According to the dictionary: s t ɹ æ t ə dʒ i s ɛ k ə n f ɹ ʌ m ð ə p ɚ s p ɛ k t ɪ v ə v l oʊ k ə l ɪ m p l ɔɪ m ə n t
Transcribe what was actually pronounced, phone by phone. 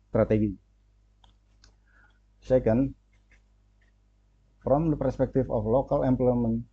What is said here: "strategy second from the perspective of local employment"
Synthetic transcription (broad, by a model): s t ɹ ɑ t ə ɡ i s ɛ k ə n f ɹ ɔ m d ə p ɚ s p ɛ k t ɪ f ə f l oʊ k ə l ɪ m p l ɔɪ m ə n